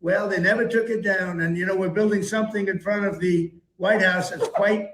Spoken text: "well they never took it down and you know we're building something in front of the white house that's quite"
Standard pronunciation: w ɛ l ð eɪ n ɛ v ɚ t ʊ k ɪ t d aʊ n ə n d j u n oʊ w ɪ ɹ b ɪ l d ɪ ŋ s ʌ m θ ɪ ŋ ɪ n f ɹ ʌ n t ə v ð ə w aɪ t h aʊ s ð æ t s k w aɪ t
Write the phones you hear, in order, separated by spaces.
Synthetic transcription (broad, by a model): w ɛ l ð eɪ n ɛ v ɚ t ʊ k ɪ t d aʊ n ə n j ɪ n oʊ w ɪ ɹ b ɪ l d ɪ ŋ s ʌ m θ ɪ ŋ ɪ n f ɹ ʌ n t ə v ð ə w aɪ t h aʊ s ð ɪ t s k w aɪ t